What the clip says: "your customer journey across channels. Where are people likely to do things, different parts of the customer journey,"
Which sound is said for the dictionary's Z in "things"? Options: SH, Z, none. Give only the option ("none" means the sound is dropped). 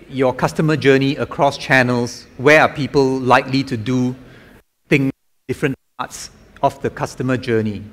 none